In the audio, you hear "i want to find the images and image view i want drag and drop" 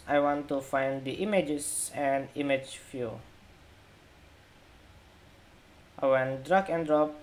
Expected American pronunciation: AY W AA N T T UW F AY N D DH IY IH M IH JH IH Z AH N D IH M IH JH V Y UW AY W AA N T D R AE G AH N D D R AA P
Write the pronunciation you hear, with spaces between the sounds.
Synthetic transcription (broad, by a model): AY W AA N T T UW F AY N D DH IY M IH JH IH S AH N D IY M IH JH F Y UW AY W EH N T D R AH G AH N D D R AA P